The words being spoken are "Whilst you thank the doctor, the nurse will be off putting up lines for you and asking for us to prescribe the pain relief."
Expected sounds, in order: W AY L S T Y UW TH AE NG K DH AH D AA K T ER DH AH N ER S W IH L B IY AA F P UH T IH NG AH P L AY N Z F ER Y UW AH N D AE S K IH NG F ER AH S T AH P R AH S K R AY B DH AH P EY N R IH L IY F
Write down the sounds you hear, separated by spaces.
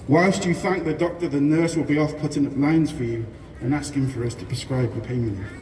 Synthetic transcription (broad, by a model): W AY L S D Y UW TH AE NG K DH AH D AA K T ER DH AH N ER S W IH L B IY AA F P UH T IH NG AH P L AY N Z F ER Y UW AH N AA S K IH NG F ER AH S T AH P R AH S K R AY B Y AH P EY IH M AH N